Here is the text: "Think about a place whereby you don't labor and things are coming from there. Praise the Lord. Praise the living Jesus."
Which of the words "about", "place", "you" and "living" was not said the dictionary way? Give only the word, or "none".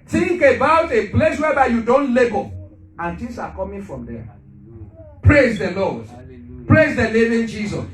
living